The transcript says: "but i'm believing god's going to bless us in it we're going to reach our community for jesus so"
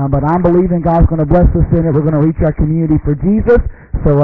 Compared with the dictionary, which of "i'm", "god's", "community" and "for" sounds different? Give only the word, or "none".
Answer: none